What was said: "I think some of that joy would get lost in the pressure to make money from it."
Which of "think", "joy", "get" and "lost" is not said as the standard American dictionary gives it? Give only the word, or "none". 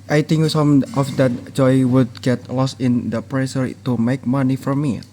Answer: think